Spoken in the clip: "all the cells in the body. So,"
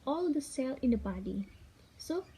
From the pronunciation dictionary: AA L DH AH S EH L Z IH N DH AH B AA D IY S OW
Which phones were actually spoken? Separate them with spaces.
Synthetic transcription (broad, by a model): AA L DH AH S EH L IH N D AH B AA D IY S OW